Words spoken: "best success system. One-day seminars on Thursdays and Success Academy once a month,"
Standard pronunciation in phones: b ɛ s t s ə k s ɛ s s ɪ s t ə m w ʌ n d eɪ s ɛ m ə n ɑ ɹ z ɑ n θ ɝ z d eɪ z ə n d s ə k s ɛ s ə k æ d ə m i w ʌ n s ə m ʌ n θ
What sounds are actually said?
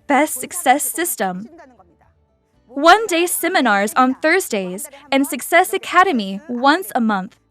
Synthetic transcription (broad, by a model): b ɛ s t s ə k s ɛ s s ɪ s t ə m w ʌ n d eɪ s ɛ m ə n ɑ ɹ z n θ ɝ z d eɪ z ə n s ə k s ɛ s ə k æ d ə m i w ʌ n s ə m ʌ n θ